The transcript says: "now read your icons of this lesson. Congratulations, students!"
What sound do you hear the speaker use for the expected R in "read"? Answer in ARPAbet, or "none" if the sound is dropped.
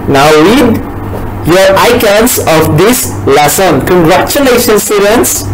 W